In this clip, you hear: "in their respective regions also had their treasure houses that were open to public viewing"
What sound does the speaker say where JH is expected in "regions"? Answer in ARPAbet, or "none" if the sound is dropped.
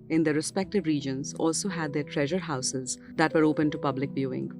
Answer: JH